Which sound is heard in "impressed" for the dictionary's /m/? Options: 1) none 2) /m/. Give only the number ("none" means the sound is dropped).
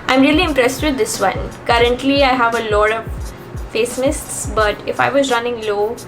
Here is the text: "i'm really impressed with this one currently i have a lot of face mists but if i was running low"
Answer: 2